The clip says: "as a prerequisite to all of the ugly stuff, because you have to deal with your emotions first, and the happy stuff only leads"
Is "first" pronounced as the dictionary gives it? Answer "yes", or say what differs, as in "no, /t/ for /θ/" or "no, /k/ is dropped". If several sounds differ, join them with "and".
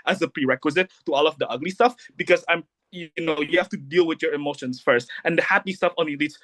yes